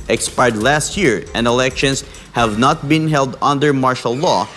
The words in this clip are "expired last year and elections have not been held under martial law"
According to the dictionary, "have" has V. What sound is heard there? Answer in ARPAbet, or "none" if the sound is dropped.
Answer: V